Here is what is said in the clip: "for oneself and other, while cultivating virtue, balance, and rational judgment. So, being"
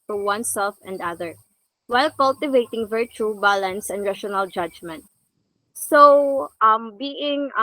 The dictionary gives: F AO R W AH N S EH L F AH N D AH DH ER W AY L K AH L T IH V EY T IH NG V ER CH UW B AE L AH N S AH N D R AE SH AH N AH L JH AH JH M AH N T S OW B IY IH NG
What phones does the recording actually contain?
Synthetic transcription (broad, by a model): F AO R W AH N S EH L F AH N D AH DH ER W AY L K AH L T IH V EY T IH NG V ER CH UW B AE L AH N S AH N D R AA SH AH N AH L JH AH JH M AH N T S OW B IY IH NG